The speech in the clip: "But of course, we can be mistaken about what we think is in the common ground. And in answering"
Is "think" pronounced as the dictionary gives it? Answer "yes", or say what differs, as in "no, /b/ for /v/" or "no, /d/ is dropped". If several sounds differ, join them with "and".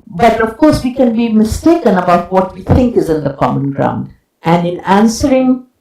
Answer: no, /t/ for /θ/